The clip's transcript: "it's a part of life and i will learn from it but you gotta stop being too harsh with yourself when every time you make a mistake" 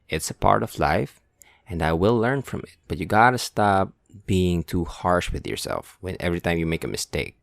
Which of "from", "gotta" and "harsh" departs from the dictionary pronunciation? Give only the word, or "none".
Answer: none